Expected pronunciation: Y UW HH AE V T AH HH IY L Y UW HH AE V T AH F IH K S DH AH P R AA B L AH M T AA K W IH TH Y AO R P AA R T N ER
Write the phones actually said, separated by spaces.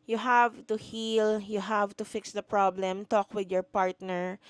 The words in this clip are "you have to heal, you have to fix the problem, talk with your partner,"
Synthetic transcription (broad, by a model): Y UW HH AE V T AH HH IY L Y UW HH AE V T AH F IH K S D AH P R AA B L AH M T AA K W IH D Y AO R P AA R T N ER